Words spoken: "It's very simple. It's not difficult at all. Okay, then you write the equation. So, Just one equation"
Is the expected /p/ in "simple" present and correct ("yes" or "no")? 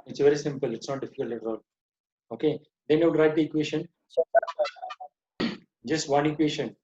yes